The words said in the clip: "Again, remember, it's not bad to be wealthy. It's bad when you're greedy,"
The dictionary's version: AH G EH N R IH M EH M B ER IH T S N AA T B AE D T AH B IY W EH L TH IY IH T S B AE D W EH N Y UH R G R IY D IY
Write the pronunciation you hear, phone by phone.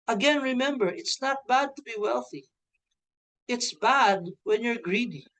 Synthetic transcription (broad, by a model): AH G EH N R IH M EH M B ER IH T S N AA T B AE D T AH B IY W EH L TH IY IH T S B AE D W EH N Y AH R G R IY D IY